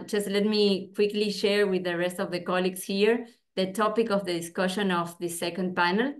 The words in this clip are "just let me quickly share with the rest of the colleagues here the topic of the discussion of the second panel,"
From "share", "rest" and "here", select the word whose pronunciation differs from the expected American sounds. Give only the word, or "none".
none